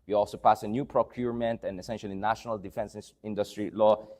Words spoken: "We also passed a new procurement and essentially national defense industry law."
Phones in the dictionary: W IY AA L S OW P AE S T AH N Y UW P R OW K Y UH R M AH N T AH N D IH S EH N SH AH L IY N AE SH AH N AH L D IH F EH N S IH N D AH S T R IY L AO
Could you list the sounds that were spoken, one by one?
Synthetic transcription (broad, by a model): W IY AA L S OW P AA S AH N Y UW P R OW K Y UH R M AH N T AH N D IH S EH N SH AH L IY N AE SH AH N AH L D IH F EH N S IH N D AH S T R IY L AO